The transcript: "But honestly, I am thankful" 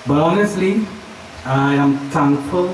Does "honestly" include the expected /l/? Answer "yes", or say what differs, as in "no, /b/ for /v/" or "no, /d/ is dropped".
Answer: yes